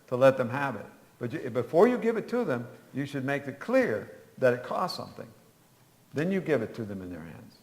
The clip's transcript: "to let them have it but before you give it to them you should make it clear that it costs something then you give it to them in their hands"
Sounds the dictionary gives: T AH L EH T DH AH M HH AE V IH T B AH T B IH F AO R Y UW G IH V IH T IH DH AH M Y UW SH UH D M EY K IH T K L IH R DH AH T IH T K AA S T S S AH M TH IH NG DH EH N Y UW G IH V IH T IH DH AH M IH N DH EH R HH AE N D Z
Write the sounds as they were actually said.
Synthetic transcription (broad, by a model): T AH L EH T DH AH M HH AE V IH T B AH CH B IH F AO R Y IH G IH V IH T IH DH AH M Y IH SH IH D M EY K IH T K L IH R DH AH T IH T K AA S T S S AH M TH IH NG DH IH N Y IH G IH V IH T IH DH AH M IH N DH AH R HH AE N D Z